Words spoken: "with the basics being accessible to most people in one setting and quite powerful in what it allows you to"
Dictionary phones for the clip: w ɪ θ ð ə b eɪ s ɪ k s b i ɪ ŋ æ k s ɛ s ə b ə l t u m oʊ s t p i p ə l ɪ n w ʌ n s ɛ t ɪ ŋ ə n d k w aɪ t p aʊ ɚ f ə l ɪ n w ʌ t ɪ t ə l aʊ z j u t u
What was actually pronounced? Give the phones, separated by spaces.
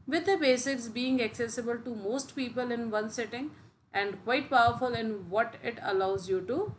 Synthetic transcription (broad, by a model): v ɪ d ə b eɪ s ɪ k s b i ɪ ŋ æ k s ɛ s ə b ə l t u m oʊ s t p i p ə l ɪ n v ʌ n s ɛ t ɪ ŋ ə n d k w aɪ t p aʊ ɚ f ə l ɪ n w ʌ t ɪ t ə l aʊ z j u t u